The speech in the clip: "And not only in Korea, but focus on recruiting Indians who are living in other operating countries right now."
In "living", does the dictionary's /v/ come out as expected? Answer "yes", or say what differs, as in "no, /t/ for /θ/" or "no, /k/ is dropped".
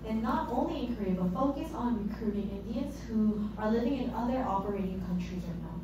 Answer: yes